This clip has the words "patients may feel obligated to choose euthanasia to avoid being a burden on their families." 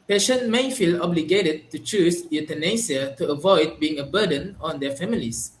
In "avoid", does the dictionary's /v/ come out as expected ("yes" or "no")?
yes